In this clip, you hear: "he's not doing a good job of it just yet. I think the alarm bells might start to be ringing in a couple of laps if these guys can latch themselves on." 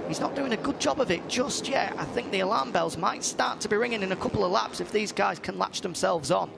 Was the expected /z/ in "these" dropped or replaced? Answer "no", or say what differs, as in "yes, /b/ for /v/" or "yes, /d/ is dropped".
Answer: no